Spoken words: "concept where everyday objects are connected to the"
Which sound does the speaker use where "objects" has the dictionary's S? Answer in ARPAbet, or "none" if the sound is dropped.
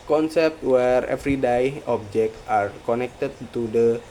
none